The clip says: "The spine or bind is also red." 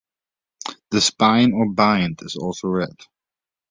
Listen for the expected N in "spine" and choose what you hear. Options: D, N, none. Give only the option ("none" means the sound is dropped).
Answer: N